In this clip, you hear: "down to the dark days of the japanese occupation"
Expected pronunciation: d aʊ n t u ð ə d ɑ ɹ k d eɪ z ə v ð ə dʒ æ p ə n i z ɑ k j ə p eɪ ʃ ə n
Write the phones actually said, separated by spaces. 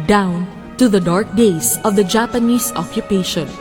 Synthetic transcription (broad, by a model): d aʊ n t u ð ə d ɑ ɹ k d eɪ s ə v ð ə dʒ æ p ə n i s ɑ k j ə p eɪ ʃ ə n